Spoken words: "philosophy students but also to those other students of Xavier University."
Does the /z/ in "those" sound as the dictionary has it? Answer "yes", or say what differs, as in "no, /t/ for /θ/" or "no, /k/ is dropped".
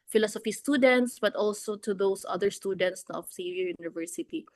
no, /s/ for /z/